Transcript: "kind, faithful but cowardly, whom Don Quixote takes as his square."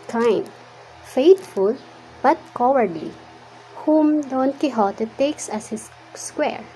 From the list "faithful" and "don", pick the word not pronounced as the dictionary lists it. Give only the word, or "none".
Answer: faithful